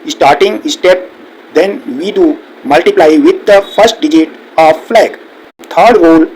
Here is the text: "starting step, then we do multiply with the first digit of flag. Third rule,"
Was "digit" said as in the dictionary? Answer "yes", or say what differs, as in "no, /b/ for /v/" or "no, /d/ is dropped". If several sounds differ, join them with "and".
yes